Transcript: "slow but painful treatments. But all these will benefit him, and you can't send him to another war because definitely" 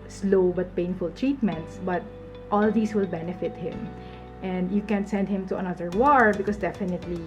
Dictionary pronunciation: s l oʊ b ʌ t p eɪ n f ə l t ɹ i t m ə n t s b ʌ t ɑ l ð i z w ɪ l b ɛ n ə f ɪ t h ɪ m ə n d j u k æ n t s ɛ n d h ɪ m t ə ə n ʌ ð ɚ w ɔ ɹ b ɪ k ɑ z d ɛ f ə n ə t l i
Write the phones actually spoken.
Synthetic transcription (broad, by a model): s l oʊ b ʌ t p eɪ n f ə l t ɹ i t m ə n t s b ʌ t ɑ l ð i s w ɪ l b ɛ n ə f ɪ t h ɪ m ə n d j u k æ n s ɛ n d h ɪ m t ə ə n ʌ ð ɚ w ɔ ɹ b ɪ k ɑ s d ɛ f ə n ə t l i